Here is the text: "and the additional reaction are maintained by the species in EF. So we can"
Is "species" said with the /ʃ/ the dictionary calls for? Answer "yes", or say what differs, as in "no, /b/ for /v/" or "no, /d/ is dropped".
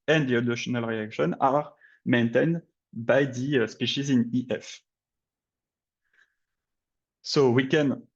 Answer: yes